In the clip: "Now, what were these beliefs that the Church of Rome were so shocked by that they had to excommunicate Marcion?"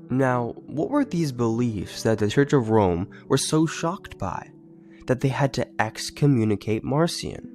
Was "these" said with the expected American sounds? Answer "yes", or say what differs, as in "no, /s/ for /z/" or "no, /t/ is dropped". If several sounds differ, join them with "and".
yes